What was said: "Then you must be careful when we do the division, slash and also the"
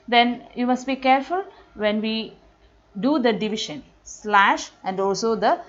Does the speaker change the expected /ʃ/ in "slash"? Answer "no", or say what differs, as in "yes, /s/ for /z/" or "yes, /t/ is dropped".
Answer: no